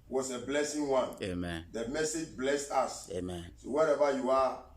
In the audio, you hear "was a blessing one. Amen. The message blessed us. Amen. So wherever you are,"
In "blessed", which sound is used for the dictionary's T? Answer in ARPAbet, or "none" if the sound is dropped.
T